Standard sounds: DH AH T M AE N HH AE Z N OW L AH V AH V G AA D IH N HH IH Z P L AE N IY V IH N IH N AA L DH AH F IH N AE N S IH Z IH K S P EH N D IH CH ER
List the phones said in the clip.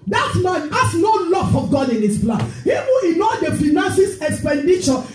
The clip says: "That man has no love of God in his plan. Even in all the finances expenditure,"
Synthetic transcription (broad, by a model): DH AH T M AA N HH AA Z N OW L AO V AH G AA D IH N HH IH S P L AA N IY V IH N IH N AA L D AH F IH N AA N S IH S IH K S P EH N D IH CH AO